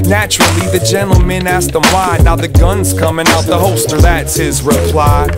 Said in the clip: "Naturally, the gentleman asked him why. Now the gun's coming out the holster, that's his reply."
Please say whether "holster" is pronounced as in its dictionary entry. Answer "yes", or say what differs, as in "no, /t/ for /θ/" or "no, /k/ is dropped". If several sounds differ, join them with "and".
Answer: no, /l/ is dropped